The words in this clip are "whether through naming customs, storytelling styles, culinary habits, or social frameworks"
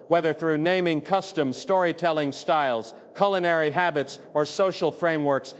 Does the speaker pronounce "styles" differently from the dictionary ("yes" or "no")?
no